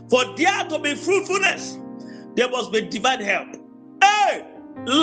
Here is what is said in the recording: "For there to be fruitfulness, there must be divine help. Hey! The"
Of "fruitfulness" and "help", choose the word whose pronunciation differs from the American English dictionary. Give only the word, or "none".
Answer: none